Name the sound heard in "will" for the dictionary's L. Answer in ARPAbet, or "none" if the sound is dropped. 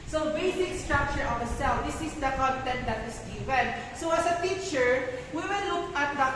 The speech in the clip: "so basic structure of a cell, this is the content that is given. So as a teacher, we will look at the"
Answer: N